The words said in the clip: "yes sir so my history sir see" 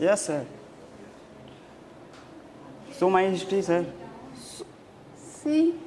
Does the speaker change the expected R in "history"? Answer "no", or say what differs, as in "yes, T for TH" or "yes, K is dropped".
yes, R is dropped